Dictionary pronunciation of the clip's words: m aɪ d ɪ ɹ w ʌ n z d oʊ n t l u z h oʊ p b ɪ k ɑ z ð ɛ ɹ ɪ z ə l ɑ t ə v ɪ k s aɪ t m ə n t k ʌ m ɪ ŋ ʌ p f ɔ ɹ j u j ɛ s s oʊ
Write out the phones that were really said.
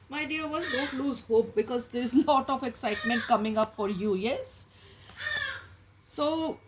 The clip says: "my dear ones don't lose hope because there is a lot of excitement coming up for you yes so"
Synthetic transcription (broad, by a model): m aɪ d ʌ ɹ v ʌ z d oʊ n t l u z h oʊ p b ɪ k ɑ z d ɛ ɹ ɪ z l ɑ t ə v ɪ k s aɪ t m ə n t k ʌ m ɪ ŋ ʌ p f ɔ ɹ j u j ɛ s s oʊ